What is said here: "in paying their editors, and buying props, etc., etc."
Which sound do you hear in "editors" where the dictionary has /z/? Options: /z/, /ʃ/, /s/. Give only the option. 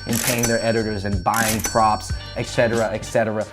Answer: /z/